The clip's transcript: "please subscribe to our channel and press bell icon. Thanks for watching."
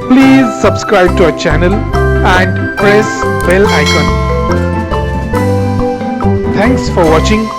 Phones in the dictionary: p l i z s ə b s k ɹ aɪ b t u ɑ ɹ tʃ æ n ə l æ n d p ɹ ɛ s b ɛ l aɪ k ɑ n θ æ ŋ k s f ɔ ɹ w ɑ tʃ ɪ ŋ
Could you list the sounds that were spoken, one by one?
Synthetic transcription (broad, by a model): p l i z s ə b s k ɹ aɪ b t u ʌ tʃ æ n ə l æ n d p ɹ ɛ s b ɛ l aɪ k ɑ n t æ ŋ k s f ɔ ɹ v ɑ tʃ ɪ ŋ